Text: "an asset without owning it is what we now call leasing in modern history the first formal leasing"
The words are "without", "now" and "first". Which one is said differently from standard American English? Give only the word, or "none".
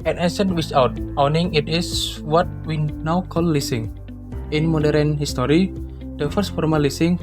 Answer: without